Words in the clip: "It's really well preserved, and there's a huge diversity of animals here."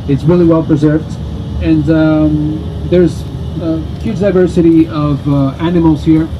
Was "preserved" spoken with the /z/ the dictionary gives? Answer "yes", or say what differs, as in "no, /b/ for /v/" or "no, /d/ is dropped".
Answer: yes